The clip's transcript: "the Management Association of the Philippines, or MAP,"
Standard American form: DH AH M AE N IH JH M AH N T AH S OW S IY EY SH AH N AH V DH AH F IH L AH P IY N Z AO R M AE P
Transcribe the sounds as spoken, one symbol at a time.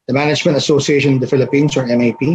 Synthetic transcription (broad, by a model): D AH M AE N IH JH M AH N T AH S OW S IY EY SH AH N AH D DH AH F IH L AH P IY N S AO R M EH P